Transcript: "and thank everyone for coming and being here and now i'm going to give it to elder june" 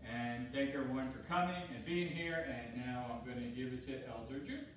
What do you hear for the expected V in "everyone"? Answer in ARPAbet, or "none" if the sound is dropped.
none